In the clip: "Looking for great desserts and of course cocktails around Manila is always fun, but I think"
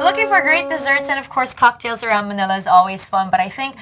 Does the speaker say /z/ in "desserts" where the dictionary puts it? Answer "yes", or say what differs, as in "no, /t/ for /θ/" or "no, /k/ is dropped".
yes